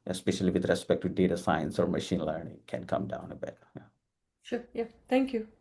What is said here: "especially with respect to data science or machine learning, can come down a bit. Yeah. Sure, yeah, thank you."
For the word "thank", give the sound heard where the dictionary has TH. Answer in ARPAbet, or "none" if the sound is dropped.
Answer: T